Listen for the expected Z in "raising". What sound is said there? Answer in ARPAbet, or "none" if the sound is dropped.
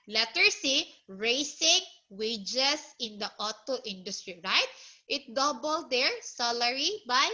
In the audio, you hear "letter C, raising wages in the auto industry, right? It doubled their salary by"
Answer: S